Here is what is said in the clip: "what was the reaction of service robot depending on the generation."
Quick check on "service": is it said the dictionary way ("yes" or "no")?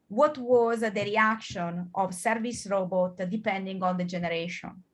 yes